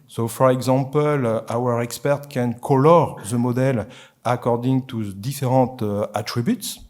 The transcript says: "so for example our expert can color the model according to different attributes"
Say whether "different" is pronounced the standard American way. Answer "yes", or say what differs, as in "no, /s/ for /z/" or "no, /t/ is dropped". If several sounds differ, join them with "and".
no, /n/ is dropped